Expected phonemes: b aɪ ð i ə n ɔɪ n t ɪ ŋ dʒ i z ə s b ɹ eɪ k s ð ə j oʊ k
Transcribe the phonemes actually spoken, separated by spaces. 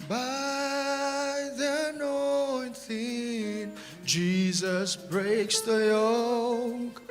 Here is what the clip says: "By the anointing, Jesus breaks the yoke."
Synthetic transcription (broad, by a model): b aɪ ð i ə n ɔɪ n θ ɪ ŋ dʒ i z ə s b ɹ eɪ k s ð ə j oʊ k